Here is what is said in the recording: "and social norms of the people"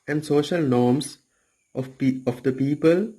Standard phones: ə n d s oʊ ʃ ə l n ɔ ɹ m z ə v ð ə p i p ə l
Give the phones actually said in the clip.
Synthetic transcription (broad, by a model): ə n d s oʊ ʃ ə l n ɔ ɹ m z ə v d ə p i p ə l